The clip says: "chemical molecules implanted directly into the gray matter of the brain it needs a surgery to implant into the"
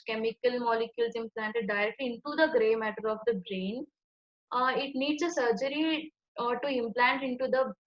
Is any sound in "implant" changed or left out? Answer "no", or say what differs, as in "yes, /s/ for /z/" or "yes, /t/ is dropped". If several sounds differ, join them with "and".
no